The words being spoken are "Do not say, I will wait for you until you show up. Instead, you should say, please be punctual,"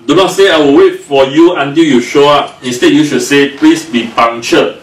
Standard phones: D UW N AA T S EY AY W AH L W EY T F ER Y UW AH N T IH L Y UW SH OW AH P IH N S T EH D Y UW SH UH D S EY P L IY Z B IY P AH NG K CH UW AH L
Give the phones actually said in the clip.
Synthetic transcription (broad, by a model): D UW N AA S EY AY W AH L W EY T F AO Y UW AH N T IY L Y UW SH OW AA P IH S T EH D Y UW SH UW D S EY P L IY S B IY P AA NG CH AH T